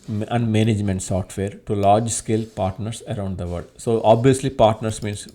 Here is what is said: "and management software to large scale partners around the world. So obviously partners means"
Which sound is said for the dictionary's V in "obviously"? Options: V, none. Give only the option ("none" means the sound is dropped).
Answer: V